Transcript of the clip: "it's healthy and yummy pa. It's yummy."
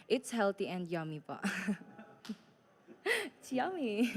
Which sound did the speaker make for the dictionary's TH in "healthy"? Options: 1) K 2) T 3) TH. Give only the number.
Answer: 2